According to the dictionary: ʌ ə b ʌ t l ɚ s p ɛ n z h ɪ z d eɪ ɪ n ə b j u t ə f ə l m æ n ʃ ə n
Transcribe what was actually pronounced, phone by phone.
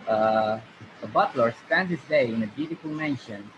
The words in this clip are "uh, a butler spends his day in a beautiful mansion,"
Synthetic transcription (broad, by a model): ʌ ə b ʌ t l ɚ s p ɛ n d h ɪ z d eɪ ɪ n ə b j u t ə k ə l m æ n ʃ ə n